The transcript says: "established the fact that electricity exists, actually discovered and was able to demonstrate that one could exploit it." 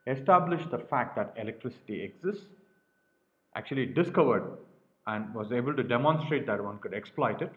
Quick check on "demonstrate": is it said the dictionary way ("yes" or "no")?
yes